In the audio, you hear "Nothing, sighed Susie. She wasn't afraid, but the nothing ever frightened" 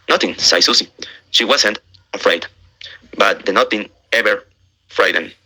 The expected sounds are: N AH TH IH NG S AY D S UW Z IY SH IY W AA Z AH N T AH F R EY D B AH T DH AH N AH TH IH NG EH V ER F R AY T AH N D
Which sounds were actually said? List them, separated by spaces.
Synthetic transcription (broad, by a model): N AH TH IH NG S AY S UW S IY SH IY W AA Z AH N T AH F R EY D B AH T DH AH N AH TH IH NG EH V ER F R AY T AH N